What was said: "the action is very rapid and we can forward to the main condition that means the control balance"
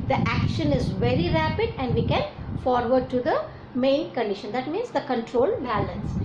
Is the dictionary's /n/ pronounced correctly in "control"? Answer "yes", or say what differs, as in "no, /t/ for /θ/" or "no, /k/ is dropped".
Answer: yes